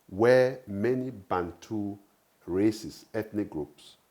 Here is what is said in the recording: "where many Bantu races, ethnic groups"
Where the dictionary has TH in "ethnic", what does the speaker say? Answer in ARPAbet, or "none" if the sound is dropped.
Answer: T